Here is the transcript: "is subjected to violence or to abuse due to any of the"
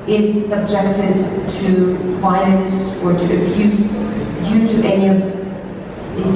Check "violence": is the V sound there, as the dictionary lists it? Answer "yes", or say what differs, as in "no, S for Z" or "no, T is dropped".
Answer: no, F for V